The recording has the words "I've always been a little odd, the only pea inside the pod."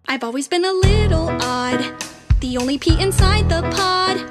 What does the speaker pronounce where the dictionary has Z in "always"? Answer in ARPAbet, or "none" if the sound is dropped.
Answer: Z